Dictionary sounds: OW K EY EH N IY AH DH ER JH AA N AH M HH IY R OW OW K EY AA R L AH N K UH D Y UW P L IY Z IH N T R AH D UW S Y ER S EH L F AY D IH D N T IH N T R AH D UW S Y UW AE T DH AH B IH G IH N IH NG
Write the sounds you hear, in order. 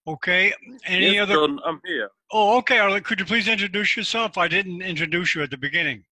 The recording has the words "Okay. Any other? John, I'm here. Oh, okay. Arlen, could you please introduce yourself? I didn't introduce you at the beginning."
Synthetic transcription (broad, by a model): OW K EY EH N IY AH DH ER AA AH M HH IY R OW OW K EY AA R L K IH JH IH P L IY Z IH N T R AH D UW S Y ER S EH L F AY D IH D N T IH N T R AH D UW S Y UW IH T DH AH B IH G IH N IH NG